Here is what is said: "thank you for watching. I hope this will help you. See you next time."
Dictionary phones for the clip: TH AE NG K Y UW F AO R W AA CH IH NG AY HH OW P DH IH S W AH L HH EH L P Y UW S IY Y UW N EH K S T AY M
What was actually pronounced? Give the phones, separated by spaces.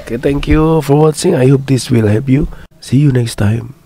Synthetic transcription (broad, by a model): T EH NG K Y UW F AO R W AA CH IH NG AY HH OW P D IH S W AH L HH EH P Y UW S IY Y UW N EH K S T AY M